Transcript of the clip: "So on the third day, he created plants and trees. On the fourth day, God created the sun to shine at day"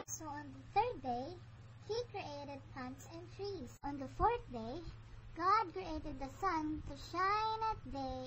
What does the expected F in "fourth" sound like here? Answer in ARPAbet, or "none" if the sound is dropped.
F